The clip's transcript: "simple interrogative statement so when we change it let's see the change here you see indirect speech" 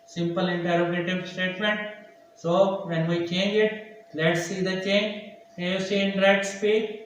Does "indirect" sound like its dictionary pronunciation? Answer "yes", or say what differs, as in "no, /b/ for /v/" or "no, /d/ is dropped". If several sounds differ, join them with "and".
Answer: no, /k/ is dropped